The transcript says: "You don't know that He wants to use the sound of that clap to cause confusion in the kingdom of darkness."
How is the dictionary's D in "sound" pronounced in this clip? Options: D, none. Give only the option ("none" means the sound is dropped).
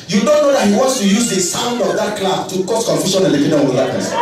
D